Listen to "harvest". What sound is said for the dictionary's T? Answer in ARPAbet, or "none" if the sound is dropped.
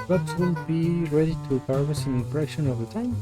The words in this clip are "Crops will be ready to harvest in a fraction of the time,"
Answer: none